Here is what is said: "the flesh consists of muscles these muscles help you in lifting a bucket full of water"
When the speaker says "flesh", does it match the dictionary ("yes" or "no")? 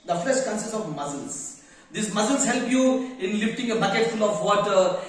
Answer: no